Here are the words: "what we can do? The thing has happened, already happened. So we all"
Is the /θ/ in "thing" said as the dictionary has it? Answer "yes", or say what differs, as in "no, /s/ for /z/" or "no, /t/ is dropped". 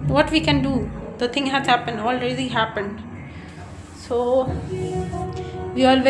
no, /t/ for /θ/